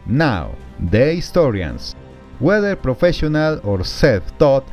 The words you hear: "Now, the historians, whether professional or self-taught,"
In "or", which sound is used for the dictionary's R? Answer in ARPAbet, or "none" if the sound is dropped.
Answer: R